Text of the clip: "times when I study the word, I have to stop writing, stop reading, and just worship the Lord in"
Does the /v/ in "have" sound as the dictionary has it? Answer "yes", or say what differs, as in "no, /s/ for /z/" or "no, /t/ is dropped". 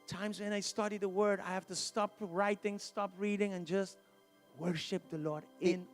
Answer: no, /f/ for /v/